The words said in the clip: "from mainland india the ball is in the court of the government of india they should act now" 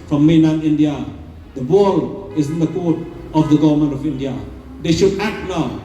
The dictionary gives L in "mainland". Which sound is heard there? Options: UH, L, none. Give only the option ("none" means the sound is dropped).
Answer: none